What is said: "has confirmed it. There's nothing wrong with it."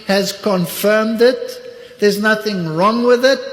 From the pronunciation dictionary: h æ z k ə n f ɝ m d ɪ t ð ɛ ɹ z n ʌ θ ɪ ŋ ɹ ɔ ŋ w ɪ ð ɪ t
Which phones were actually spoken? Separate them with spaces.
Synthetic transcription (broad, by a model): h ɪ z k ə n f ɝ m d ɪ t ð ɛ ɹ z n ʌ θ ɪ ŋ ɹ ɔ ŋ w ɪ ð ɪ t